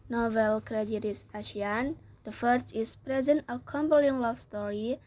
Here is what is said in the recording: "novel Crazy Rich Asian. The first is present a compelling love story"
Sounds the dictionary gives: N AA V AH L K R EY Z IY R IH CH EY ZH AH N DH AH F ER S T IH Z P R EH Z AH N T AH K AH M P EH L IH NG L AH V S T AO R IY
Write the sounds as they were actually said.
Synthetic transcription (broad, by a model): N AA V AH L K R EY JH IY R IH S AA SH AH N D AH F ER S T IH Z P R EH Z AH N T AH K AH M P L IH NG L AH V S T AO R IY